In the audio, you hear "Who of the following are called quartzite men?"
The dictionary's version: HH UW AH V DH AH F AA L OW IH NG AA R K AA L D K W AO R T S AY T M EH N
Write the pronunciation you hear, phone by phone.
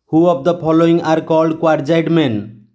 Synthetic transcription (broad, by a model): HH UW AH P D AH P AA L OW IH NG AA R K AA L D K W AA R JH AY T M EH N